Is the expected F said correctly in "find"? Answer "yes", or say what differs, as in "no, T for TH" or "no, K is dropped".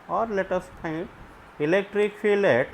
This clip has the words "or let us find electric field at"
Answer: no, P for F